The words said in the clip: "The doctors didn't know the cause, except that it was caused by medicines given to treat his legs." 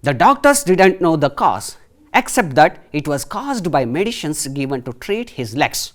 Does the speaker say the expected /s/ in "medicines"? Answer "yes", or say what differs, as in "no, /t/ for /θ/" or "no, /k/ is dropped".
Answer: no, /ʃ/ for /s/